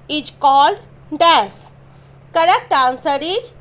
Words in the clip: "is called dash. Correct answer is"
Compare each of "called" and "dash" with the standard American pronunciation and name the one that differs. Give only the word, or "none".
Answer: dash